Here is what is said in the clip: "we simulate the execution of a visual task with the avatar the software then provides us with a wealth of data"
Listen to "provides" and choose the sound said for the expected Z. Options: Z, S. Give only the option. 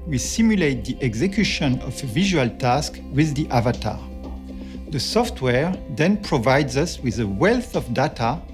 Z